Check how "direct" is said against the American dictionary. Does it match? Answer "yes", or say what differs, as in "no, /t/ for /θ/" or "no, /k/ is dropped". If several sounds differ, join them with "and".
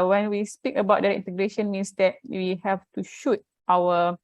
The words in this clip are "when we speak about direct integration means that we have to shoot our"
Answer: no, /k/ is dropped